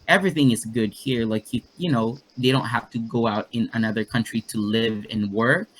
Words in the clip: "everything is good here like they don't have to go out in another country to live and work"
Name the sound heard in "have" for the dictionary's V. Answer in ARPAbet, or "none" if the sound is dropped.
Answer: F